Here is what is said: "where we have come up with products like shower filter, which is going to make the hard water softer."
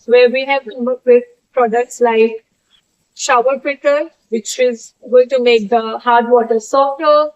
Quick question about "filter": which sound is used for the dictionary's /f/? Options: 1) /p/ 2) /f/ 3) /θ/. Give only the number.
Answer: 1